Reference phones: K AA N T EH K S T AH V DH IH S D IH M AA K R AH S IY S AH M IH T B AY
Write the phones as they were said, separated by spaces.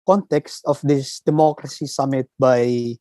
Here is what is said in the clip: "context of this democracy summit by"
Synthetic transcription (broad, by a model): K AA N T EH K S T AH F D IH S D IH M AA K R AH S IY S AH M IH T B AY